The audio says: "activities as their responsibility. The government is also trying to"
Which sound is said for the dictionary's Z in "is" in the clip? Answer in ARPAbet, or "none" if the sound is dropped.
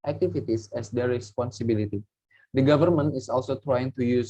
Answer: S